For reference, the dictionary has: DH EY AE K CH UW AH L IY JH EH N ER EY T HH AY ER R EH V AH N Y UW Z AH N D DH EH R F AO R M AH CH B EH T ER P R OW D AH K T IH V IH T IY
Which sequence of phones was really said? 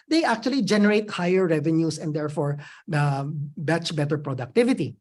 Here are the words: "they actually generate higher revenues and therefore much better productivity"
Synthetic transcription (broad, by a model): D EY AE K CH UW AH L IY JH EH N ER EY T HH AY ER R EH V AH N Y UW S AH N D EH R F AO R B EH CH B EH T ER P R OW D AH K T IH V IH T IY